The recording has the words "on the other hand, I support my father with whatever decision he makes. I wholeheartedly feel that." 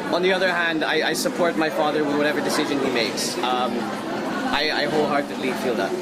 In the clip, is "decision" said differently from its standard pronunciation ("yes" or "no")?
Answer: no